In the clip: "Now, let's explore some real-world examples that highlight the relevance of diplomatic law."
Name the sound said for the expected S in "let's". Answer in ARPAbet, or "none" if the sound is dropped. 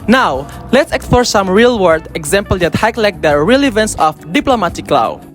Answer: S